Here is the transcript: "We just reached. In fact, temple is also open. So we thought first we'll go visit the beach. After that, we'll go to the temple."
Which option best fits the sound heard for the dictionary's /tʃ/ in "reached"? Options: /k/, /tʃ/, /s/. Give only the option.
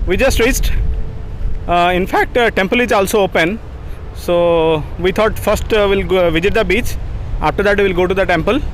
/s/